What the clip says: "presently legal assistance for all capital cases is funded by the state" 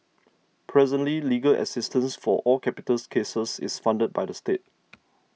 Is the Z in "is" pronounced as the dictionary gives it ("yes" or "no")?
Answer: no